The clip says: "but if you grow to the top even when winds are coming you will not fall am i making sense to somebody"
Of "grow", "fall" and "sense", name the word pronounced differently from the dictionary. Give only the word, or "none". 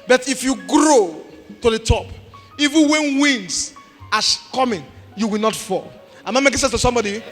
sense